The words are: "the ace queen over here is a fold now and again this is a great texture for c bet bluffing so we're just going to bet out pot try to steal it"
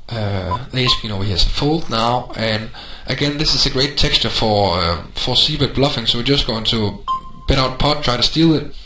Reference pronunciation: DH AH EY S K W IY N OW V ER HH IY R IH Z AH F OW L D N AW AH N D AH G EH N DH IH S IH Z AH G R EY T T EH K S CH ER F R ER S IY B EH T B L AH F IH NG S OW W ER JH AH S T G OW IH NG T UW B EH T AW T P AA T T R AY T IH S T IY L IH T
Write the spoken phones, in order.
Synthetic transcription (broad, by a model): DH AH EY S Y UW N OW UH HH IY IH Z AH F OW L D N AW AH N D AH G EH N DH IH S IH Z AH G R EY T T EH K S CH ER F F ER S IY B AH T B L AH F IH NG S OW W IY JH AH S G OW IH NG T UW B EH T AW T P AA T T R AY T IH S T IY L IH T